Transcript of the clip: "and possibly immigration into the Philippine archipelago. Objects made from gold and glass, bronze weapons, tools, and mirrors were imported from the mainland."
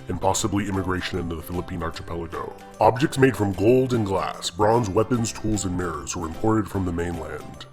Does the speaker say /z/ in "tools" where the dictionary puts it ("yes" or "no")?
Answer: yes